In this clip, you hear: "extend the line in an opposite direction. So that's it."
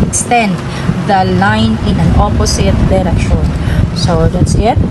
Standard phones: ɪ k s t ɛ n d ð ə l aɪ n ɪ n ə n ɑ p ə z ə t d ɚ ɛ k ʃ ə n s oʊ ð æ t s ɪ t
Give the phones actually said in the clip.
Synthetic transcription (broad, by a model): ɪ k s t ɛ n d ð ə l aɪ n ɪ n ə n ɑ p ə s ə t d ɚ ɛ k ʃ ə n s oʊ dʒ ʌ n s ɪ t